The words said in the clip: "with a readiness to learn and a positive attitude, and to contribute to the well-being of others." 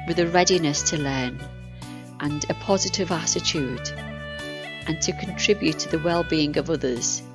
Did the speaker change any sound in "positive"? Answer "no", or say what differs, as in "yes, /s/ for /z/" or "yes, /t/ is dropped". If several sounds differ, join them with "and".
no